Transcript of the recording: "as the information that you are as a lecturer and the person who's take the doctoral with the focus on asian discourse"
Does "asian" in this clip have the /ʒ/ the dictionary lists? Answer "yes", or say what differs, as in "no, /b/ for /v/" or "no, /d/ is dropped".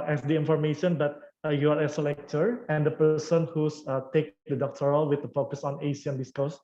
no, /s/ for /ʒ/